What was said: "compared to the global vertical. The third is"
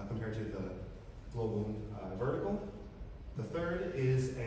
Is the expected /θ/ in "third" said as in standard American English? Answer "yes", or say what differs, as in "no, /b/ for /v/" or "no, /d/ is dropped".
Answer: yes